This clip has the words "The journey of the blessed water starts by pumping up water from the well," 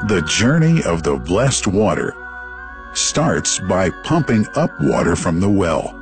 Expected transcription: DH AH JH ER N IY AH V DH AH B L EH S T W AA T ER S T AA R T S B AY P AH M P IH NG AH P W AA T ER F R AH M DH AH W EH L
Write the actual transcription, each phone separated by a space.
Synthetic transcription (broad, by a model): DH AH JH ER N IY AH V DH AH B L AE S T W AA T ER S T AA R T S B AY P AH M P IH NG AH P W AA T ER F R AH M DH AH W EH L